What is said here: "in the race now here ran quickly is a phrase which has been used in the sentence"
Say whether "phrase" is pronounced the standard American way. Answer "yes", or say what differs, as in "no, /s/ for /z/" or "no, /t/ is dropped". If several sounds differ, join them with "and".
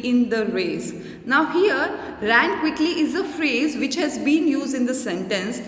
yes